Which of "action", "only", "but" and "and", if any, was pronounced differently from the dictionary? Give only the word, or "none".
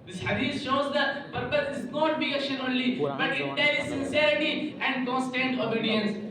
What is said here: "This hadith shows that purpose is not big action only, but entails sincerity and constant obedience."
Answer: action